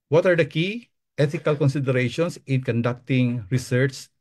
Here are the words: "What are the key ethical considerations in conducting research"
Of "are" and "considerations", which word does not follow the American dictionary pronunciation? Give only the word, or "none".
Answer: considerations